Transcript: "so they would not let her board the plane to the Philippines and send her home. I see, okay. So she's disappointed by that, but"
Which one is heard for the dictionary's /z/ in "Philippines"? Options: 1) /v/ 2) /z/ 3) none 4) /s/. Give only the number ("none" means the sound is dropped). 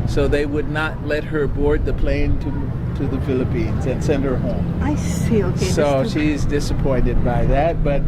2